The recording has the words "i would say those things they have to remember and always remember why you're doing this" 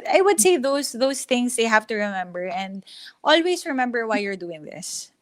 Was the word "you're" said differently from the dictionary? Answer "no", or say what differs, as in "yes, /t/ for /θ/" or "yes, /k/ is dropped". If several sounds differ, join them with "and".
no